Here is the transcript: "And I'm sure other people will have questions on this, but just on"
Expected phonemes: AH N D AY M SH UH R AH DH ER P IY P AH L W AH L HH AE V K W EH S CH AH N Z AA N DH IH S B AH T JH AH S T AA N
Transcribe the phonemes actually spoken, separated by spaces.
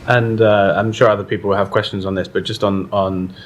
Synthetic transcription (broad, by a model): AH N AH AY M SH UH R AH DH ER P IY P AH L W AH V K W EH S CH AH N Z N DH IH S B AH T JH AH S T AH N